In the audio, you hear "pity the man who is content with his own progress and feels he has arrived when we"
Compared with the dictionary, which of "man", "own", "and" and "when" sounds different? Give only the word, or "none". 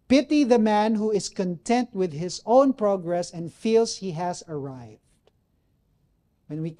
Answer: none